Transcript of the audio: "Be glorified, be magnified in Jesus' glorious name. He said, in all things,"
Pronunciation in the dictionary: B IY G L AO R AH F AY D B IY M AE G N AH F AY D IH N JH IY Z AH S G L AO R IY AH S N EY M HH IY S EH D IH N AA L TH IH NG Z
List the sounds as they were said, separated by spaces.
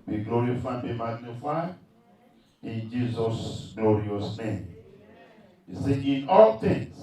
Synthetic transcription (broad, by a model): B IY G L AO R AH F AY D B IY M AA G N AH F AY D IH N JH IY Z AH S G L AO R IY AH S N EY M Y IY S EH IH N AA L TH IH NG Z